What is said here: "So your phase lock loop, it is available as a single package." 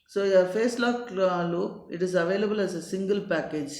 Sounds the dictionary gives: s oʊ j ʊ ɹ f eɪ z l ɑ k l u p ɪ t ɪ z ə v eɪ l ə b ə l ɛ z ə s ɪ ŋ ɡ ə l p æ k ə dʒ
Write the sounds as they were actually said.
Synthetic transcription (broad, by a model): s oʊ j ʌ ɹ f eɪ s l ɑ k l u ɪ t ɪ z ə v eɪ l ə b ə l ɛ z ə s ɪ ŋ ɡ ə l p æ k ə dʒ